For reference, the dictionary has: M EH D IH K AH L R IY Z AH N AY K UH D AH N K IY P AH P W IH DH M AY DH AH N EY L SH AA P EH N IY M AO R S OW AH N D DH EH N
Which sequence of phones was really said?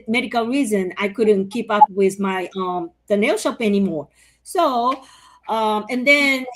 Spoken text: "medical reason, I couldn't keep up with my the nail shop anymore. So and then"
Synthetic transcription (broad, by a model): M EH D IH K L R IY Z AH N AY K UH D N K IY P AH P W IH DH M AY DH AH N EY L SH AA P EH N IY M AO R S OW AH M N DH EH N